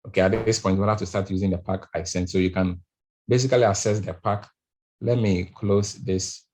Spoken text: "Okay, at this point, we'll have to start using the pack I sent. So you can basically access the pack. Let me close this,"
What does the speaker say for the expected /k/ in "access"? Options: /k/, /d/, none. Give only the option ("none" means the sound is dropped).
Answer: none